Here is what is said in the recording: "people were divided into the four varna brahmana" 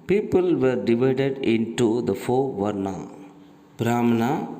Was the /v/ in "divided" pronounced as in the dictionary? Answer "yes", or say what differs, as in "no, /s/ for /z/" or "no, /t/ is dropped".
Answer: yes